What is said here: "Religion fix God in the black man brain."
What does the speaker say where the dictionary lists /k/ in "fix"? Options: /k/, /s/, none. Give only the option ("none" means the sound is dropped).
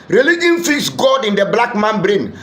none